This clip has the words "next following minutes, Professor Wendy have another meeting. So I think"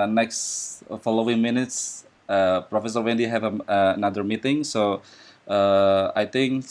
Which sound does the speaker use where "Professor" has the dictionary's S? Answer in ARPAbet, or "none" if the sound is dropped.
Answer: S